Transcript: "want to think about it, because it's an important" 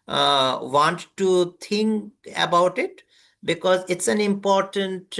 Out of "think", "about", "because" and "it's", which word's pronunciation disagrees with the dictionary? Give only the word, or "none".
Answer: think